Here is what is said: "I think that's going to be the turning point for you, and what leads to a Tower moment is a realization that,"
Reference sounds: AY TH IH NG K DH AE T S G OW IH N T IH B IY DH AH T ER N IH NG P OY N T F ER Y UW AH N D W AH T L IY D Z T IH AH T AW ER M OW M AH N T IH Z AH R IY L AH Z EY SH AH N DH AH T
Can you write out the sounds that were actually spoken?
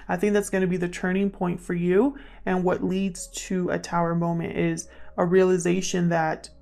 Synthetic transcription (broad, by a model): AY TH IH NG K DH AE T S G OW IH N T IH B IY DH AH T ER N IH NG P OY N T F ER Y UW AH N W AH T L IY D Z T IH AH T AW ER M OW M AH N T IH Z AH R IY L AH Z EY SH AH N DH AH T